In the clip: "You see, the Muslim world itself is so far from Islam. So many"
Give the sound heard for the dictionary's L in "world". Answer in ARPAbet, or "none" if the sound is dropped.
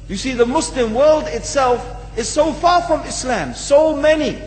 L